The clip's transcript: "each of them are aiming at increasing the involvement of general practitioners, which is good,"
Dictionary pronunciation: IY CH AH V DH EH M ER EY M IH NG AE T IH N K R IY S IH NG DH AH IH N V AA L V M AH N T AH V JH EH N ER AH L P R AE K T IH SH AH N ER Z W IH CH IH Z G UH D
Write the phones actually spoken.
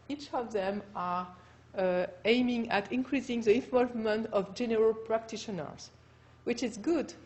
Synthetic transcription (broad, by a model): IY CH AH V DH EH M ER EY M IH NG AE T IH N K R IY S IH NG DH AH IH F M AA V M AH N T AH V JH EH N ER AH L P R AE K T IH SH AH N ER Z W IH CH IH Z G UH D